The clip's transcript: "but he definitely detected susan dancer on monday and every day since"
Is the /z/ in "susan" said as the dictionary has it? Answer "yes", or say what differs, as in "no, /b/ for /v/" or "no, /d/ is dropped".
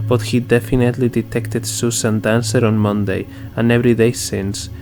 no, /s/ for /z/